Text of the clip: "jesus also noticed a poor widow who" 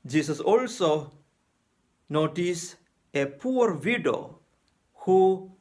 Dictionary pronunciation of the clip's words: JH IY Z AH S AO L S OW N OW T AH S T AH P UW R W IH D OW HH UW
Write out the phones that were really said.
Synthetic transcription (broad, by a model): JH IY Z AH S AO L S OW N OW T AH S AH P UW R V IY D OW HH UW